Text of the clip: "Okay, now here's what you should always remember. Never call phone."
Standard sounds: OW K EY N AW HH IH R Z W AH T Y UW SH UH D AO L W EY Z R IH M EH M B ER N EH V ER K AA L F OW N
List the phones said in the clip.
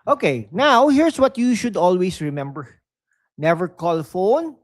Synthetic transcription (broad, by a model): OW K EY N AW HH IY R S W AH T Y UW SH UH D AO L W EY S R IH M EH M B ER N EH V ER K AA L F OW N